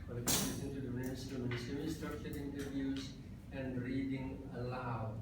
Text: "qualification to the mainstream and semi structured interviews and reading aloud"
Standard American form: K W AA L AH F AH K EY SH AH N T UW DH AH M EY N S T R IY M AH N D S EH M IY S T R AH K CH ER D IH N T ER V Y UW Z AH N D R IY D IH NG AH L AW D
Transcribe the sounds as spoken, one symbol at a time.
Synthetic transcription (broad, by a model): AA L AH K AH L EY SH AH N T UW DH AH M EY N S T UW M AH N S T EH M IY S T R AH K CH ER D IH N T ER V Y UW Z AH N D R IY D IH NG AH L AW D